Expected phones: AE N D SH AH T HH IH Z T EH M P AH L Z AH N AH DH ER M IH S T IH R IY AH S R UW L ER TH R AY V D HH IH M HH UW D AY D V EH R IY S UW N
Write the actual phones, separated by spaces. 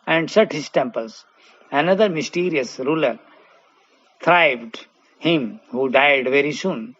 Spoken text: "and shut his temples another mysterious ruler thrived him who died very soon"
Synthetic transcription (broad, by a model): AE N D S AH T HH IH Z T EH M P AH L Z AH N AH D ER M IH S T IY R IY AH S R UW L ER T R AY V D HH IH M HH UW D AY D V EH R IY S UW N